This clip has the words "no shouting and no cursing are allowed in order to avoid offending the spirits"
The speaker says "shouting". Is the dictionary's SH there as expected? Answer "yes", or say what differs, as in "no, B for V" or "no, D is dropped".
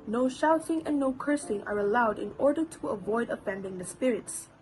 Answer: yes